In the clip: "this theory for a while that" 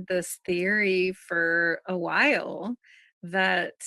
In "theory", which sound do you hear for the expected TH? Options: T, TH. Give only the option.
TH